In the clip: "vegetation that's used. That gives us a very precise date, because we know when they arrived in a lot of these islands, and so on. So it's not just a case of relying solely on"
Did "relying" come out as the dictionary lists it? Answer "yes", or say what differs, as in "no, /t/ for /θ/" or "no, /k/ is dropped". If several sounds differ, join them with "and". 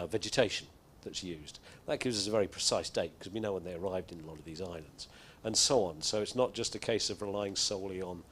yes